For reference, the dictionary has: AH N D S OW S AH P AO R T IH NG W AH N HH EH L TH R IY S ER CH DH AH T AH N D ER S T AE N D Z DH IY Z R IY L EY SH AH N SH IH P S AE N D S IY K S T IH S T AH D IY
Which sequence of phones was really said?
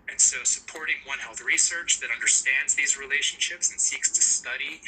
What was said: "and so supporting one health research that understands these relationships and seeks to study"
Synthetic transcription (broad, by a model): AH N S OW S AH P AO R T IH NG W AH N HH EH L TH R IY S ER CH DH AH T AH N D ER S T AE N D Z DH IY Z R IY L EY SH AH N SH IH P S N S IY K S T IH S T AH D IY